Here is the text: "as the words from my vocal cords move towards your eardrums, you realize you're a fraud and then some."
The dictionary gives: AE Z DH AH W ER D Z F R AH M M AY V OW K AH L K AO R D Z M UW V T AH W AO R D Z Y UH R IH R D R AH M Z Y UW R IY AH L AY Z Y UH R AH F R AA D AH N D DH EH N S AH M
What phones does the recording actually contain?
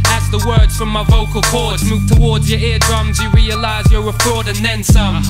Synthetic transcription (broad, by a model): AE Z DH AH W ER D Z F R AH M M AY V OW K AH L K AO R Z M UW V T AH W AO R D Z Y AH R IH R D R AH M Z Y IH R IY AH L AY Z Y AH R AH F R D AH N DH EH N S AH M